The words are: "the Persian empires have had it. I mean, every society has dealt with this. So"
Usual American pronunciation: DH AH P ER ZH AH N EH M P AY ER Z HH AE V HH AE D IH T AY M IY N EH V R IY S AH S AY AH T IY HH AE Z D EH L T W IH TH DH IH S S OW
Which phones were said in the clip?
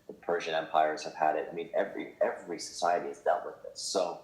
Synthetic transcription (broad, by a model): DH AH P ER ZH AH N EH M P AY ER Z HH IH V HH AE D IH T AY M IY N EH V R IY S AH S AY AH T IY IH Z D EH L T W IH DH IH S S OW